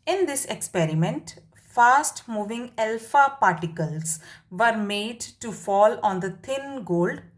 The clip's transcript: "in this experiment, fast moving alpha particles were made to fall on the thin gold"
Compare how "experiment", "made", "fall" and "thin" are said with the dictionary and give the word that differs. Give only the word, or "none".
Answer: thin